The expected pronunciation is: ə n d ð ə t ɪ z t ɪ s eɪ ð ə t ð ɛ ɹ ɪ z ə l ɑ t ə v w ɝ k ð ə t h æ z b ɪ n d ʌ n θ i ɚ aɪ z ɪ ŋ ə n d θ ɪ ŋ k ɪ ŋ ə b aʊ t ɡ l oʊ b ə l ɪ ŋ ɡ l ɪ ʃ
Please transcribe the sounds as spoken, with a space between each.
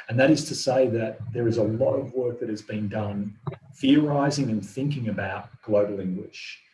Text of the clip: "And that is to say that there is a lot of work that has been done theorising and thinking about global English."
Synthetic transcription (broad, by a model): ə n ð ə t ɪ z t ɪ s eɪ ð ə t ð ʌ ɹ ɪ z ə l ɑ t ə v w ɝ k ð ə t h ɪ z b ɪ n d ʌ n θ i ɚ aɪ z ɪ ŋ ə n θ ɪ ŋ k ɪ ŋ ə b aʊ t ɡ l oʊ b l ɪ ŋ ɡ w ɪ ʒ